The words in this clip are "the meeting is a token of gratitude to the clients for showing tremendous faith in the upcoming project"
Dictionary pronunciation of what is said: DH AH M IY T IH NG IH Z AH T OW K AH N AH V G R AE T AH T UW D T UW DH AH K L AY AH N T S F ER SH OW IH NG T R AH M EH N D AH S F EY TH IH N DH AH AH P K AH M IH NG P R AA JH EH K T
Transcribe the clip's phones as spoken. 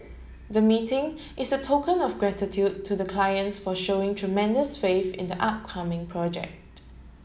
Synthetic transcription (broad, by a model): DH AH M IY T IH NG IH S AH T OW K AH N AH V G R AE T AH T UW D T UW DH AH K L AY AH N T S F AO SH OW IH NG T R AH M EH N D AH S F EY F IH N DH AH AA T K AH M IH NG P R AA JH EH K T